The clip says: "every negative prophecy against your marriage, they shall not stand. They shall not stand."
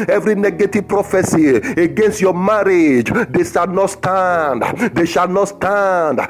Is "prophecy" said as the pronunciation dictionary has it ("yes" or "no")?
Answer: yes